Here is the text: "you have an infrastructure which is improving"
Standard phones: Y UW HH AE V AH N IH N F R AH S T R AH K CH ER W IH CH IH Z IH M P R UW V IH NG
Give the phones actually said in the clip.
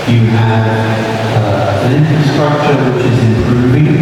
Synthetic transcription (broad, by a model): Y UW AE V AH N IH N F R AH S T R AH K CH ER W IH CH IH Z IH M P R UW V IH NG